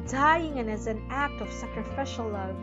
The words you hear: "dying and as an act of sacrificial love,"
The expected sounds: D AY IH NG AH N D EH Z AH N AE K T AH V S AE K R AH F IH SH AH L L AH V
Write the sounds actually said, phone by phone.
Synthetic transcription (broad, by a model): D AY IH NG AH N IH Z AH N AE K T AH V S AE K R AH F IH SH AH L L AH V